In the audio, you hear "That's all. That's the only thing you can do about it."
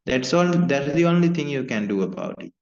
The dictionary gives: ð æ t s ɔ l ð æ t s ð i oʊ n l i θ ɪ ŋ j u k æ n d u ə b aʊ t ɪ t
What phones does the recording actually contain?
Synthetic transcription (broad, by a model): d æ t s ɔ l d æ t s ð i oʊ n l i t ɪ ŋ j u k æ n d u ə b aʊ t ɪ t